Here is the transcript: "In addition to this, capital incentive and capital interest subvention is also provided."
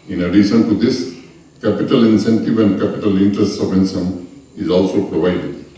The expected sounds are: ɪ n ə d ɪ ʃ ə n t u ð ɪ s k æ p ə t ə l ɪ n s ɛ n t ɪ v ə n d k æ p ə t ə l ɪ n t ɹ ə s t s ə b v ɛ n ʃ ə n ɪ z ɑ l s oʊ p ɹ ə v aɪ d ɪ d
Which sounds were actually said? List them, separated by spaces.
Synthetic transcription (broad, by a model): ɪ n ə d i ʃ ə n t u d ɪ s k æ p ə t ə l ɪ n s ɛ n t ɪ v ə n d k æ p ə t ə l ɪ n t ɹ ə s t s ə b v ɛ n s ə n ɪ z ɑ l s oʊ p ɹ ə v aɪ d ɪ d